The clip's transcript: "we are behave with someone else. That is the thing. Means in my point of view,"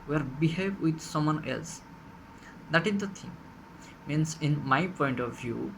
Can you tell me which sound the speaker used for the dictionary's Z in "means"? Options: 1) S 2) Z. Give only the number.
1